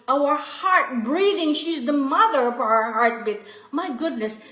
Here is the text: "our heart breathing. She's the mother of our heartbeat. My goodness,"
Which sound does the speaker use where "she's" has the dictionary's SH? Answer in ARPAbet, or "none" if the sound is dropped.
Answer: SH